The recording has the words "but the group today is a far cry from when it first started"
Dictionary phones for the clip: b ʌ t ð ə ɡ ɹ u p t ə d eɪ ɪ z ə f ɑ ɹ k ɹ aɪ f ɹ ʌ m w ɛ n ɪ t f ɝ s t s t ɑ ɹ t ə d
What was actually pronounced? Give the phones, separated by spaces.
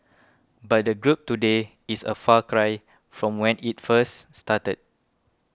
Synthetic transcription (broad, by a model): b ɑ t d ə ɡ ɹ u p t ə d eɪ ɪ s ə f ɑ k ɹ aɪ f ɹ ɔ m w ɛ n ɪ t f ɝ s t s t ɑ t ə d